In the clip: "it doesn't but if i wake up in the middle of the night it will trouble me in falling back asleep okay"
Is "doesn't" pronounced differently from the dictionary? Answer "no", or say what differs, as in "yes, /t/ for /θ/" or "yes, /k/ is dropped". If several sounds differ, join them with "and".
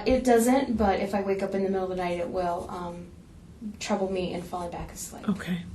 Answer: no